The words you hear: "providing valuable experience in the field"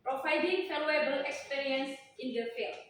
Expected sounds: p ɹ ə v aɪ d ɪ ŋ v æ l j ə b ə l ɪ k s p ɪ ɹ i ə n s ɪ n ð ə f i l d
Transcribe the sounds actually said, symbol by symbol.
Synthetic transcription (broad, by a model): p ɹ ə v aɪ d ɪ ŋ f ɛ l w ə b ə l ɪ k s p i ɹ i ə n s ɪ n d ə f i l